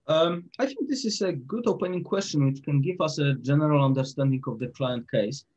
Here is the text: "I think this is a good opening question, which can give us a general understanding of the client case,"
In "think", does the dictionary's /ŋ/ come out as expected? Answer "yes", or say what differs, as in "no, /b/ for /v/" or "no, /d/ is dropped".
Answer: yes